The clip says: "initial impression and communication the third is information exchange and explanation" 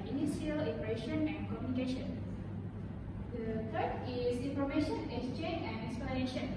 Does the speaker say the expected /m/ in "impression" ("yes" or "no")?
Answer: no